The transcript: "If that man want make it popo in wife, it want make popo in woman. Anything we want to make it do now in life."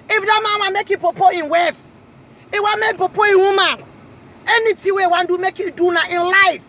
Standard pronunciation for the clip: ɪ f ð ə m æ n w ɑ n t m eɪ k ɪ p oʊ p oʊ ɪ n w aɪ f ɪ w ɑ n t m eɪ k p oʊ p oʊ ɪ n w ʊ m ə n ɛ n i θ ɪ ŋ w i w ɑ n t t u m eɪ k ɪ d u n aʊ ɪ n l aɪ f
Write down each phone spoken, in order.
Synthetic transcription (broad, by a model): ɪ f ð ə m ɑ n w ɑ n m eɪ k ɪ p oʊ p oʊ ɪ n w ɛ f ɪ w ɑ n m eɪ p oʊ p oʊ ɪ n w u m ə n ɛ n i t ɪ w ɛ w ɑ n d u m eɪ k ɪ d u n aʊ ɪ n l aɪ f